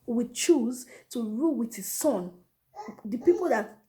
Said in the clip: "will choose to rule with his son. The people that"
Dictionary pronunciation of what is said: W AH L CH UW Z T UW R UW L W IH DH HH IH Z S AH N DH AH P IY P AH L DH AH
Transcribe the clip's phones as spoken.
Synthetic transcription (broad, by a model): W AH CH UW Z T UW R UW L W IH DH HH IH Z S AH N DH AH P IY P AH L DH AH